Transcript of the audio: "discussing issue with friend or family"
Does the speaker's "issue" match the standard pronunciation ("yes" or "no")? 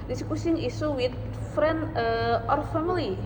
no